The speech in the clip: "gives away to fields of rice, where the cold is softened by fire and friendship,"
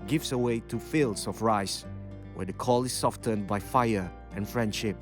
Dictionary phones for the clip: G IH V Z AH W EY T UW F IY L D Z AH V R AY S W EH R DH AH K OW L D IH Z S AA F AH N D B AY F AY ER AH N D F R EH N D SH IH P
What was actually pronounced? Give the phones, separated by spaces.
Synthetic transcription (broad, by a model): G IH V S AH W EY T UW F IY L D S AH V R AY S W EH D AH K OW L IH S AA F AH N B AY F AY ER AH N F R EH N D SH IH P